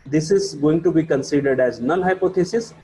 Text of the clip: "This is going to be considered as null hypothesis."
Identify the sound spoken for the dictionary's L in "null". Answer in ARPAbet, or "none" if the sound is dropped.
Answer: N